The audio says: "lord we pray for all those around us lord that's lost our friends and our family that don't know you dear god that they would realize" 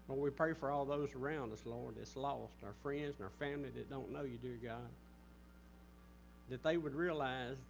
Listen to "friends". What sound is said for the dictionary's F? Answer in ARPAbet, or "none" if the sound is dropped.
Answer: F